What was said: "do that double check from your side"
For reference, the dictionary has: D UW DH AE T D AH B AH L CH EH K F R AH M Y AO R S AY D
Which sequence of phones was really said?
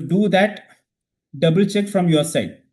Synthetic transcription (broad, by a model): D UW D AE T D AH B AH L CH EH K F R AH M Y AO R S AY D